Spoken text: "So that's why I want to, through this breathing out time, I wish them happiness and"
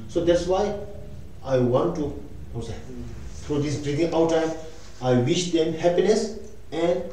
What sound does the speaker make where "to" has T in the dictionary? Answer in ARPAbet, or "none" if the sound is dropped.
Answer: S